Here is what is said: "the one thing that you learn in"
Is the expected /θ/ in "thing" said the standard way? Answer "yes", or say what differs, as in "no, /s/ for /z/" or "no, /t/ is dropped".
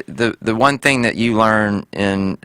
yes